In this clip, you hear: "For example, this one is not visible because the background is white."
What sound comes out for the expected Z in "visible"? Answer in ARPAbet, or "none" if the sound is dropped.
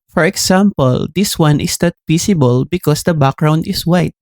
S